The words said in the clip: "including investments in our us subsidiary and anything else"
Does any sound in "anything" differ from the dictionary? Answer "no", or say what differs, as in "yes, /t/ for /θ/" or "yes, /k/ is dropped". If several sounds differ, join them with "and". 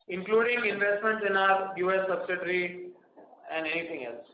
yes, /t/ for /θ/